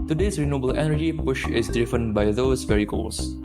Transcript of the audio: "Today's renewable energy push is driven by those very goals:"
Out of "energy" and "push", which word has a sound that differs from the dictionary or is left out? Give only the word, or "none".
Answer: none